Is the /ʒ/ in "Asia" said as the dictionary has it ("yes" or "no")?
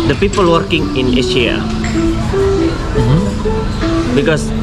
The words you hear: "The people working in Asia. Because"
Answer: no